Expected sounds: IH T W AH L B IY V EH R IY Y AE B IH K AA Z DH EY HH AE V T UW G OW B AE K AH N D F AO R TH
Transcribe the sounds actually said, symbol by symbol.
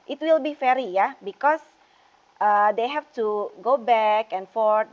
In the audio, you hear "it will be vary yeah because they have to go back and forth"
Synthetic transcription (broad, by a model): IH T W AH L B IY F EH R IY Y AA B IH K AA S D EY HH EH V T UW G OW B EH K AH N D F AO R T